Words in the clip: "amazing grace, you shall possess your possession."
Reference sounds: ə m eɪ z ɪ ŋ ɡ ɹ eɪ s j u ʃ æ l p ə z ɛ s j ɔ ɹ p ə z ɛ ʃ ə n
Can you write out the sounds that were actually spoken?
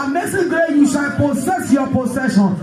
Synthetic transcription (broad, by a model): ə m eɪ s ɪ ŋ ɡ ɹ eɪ j u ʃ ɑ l p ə s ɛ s j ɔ p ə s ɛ ʃ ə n